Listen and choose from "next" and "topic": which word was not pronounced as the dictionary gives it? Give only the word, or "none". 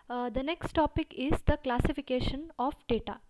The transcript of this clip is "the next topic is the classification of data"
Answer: none